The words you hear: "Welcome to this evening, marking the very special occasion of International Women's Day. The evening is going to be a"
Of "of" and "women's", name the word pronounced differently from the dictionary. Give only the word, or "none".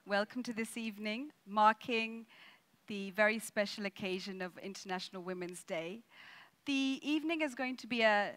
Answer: none